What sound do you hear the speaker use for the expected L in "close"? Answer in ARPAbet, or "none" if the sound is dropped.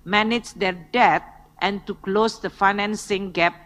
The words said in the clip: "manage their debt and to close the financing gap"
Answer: L